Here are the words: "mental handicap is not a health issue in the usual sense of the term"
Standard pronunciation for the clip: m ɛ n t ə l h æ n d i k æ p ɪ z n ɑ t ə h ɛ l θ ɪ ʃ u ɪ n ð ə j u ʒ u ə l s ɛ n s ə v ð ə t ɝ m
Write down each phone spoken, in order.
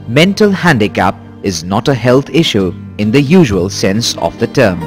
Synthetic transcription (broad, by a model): m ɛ n t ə l h æ n d i k æ p ɪ z n ɑ t ə h ɛ l t ɪ ʃ u ɪ n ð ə j u ʒ u ə l s ɛ n s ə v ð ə t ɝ m